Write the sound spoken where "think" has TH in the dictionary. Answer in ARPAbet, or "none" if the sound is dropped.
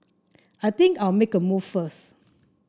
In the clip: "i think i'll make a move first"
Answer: T